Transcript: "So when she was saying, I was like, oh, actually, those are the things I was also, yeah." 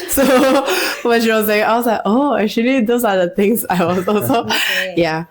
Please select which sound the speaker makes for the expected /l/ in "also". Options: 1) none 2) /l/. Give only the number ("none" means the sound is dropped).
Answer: 1